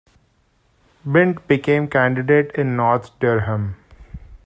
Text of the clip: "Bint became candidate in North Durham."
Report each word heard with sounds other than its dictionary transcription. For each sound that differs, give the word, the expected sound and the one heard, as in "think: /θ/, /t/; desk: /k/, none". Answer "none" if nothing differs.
north: /θ/, /t/